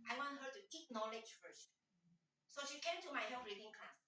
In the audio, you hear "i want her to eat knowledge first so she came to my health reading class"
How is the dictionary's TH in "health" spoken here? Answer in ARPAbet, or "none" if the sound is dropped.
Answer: F